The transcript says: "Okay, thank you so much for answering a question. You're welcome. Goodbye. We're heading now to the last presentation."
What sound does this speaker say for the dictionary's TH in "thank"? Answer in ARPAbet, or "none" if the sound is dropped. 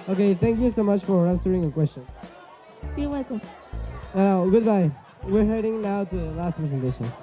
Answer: TH